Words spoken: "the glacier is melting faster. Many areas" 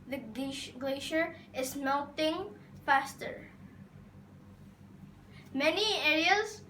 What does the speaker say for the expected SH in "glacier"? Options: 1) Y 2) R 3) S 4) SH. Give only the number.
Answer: 4